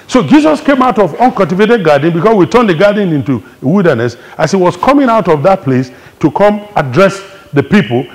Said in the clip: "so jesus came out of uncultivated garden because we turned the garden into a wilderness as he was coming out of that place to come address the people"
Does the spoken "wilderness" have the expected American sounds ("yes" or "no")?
yes